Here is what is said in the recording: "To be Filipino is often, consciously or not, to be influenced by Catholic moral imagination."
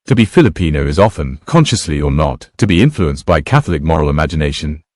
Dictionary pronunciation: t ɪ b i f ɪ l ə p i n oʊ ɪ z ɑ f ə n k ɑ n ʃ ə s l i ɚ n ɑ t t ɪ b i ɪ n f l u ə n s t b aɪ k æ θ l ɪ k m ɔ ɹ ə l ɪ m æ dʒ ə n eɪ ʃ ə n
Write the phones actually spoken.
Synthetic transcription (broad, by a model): t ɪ b i f ɪ l ə p i n oʊ ɪ z ɑ f ə n k ɑ n ʃ ə s l i ɚ n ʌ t t ɪ b i ɪ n f l u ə n s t b aɪ k æ θ l ɪ k m ɔ ɹ ə l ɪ m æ dʒ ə n eɪ ʃ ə n